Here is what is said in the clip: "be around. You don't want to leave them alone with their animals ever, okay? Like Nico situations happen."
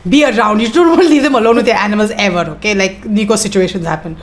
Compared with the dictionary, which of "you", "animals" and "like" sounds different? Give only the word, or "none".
none